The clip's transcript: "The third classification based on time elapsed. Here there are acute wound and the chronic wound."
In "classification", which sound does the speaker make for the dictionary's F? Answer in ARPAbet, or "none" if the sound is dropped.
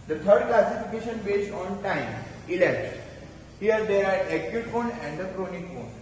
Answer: F